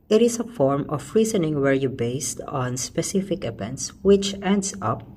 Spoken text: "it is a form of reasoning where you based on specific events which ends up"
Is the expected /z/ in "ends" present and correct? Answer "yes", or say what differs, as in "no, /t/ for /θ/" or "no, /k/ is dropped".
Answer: no, /s/ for /z/